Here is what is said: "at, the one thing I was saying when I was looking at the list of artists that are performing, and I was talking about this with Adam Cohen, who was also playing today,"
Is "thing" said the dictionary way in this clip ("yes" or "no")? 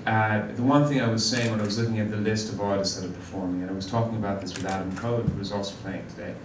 yes